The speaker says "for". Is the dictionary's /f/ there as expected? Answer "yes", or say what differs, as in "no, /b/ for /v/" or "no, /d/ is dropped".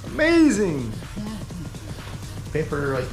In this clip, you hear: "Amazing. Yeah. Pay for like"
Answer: no, /p/ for /f/